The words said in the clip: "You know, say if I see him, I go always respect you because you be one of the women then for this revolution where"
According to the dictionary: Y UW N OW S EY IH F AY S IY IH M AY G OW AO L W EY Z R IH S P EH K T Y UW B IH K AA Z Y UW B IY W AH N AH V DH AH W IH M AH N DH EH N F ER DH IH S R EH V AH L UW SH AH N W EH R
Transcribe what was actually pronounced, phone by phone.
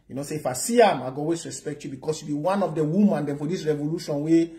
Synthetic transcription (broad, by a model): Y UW N OW S EY IH F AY S IY IH M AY G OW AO W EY S R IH S P EH K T Y UW B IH K AA S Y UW B IY W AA N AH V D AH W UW M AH N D EH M F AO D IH S R EH V AH L UW SH AH N W EH